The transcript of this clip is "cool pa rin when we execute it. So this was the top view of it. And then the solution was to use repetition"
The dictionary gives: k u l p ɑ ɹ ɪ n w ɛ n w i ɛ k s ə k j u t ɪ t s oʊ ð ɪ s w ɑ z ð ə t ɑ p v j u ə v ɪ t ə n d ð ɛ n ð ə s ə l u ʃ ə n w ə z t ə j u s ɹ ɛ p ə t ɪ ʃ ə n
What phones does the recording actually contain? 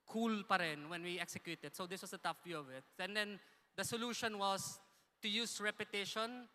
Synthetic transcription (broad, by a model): k u l p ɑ ɹ ɪ n w ɛ n w i ɛ k s ə k j u t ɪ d s oʊ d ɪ s w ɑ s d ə t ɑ f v j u ə v ɪ t ə n d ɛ n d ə s ə l u ʃ ə n w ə s t ə j u s ɹ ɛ p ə t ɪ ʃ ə n